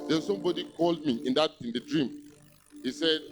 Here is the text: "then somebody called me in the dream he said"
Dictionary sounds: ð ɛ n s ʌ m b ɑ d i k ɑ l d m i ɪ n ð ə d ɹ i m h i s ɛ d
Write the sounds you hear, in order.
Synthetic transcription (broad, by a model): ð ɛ n s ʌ m b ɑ d i k ɑ l d m i ɪ n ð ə d ɹ i m h i s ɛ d